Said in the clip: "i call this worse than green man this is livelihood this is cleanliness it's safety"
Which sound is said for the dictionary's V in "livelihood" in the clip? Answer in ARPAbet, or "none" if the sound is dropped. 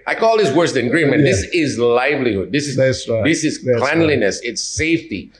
V